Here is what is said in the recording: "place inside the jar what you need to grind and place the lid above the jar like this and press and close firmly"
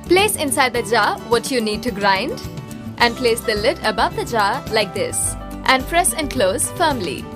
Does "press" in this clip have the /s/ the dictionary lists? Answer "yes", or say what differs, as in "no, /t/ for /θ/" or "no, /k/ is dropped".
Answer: no, /ʃ/ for /s/